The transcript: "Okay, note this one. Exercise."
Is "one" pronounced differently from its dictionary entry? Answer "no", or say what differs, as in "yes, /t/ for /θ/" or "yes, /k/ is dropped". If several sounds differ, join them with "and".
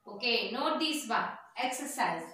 yes, /n/ is dropped